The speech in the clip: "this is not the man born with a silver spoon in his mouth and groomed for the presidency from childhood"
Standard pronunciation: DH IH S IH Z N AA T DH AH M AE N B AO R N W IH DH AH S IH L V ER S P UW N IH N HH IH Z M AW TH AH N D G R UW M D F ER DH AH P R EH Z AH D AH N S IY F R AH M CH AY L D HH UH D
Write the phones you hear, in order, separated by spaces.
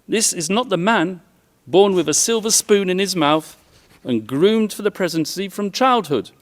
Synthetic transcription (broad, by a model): DH IH S IH Z N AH T DH AH M AE N B AO R N W IH DH AH S IH L V ER S P UW N IH N IH Z M AW TH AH N G R UW M D F ER DH AH P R EH Z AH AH N S IY F R AH M CH AY L D HH UH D